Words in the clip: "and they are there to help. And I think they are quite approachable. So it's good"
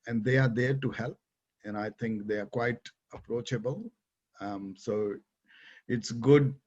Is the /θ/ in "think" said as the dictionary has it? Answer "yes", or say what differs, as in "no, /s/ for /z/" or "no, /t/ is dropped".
no, /t/ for /θ/